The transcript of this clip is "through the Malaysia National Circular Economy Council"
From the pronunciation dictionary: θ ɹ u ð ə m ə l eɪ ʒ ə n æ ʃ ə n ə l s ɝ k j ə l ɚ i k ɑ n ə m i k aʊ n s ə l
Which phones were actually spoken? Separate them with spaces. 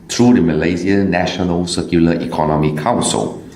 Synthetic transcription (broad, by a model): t ɹ u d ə m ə l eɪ z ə n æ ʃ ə n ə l s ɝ k j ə l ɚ i k ɑ n ə m i k aʊ n s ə l